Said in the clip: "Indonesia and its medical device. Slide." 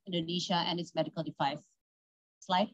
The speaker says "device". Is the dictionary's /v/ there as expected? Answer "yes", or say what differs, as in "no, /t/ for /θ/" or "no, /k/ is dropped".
no, /f/ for /v/